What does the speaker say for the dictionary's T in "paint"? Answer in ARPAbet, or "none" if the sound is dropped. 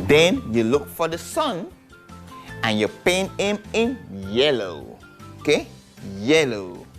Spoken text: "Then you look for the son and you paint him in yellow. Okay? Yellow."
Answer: none